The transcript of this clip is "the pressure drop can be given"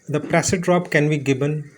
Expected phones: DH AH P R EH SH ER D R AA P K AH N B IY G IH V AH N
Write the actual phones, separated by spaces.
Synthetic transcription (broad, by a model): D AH P R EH S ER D R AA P K AH N B IY G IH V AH N